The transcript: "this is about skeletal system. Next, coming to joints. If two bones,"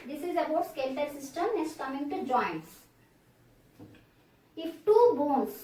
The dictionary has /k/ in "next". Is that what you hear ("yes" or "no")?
no